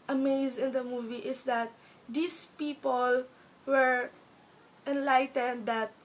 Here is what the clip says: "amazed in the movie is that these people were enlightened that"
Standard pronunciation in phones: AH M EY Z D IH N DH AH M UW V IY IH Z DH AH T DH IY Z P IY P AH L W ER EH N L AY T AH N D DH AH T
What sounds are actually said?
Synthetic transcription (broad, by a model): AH M EY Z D IH N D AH M UW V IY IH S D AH T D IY S P IY P AH L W ER EH N L AY T AH N D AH T